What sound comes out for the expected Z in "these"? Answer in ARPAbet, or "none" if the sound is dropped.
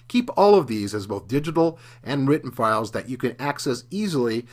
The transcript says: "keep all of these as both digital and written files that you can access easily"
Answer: Z